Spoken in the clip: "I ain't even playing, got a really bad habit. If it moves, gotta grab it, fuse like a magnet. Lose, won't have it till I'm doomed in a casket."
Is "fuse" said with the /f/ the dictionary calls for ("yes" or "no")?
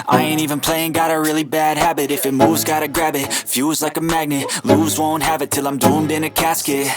yes